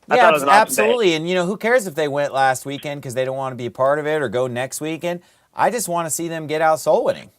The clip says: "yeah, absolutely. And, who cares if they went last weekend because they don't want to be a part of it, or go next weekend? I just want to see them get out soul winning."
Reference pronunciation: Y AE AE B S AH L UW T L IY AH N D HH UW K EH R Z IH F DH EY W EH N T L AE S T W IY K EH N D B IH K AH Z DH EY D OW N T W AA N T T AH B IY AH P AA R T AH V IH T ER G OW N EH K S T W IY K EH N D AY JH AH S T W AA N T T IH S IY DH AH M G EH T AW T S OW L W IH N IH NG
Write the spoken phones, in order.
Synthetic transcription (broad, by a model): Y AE AE B S AH L UW T L IY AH N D HH UW K EH R Z IH F DH EY W EH N T L AE S T W IY K EH N D K AH Z DH EY D OW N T W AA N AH B IY AH P AA R T AH V IH T ER G OW N EH K S T W IY K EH N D AY JH AH S T W AA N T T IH S IY DH AH M G EH T AW T S OW L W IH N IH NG